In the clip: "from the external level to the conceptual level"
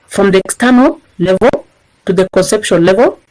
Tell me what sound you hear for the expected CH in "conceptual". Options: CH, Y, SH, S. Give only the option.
SH